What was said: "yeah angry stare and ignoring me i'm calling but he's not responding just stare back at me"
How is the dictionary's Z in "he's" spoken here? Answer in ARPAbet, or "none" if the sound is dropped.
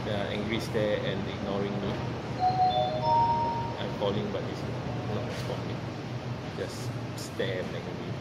S